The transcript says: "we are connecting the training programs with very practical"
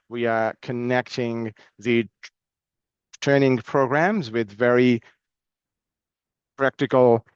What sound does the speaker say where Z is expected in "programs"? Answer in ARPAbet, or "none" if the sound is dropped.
Z